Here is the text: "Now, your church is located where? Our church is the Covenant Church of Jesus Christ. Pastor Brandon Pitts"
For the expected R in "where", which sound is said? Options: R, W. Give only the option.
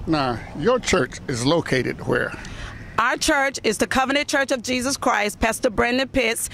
R